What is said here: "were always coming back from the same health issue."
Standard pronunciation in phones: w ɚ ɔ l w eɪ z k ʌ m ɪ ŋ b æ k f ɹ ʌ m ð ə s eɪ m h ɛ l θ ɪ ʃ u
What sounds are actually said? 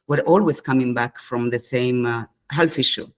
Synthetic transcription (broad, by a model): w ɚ ɔ l w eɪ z k ʌ m ɪ ŋ b æ k f ɹ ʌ m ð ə s eɪ m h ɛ l f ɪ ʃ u